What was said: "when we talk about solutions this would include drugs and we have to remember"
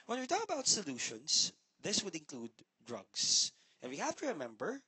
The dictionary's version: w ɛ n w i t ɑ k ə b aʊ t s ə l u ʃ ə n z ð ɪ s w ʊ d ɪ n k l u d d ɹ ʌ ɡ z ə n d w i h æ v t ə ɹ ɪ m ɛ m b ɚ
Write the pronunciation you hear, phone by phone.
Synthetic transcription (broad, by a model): w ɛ n w i t ɑ k ə b aʊ t s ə l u ʃ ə n s ð ɪ s w ʊ d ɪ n k l u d d ɹ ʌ ɡ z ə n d w i h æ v t ə ɹ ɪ m ɛ m b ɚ